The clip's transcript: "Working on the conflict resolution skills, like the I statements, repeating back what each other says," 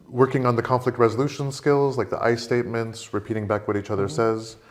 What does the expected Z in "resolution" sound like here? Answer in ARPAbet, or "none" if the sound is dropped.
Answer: Z